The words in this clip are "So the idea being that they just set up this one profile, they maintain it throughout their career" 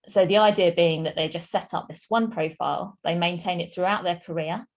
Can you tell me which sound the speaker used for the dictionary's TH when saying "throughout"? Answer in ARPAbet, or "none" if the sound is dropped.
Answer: TH